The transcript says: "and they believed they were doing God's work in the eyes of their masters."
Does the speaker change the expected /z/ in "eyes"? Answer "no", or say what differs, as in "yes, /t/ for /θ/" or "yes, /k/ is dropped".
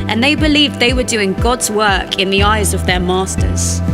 no